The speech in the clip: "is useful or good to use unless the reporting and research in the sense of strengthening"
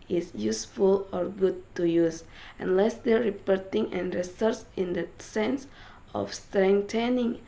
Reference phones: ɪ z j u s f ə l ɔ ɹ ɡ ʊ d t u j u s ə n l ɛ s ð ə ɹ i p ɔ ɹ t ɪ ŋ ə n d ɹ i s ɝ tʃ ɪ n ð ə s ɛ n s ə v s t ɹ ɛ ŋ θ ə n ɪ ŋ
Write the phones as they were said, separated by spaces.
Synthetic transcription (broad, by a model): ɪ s j u s f ə l ɔ ɹ ɡ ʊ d t u j u s ə n l ɛ s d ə ɹ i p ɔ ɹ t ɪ ŋ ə n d ɹ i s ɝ s ɪ n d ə s ɛ n s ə f s t ɹ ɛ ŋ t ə n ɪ ŋ